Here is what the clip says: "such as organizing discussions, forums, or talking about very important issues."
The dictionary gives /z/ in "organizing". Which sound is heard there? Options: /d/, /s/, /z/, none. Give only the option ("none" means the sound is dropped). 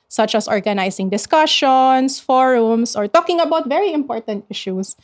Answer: /s/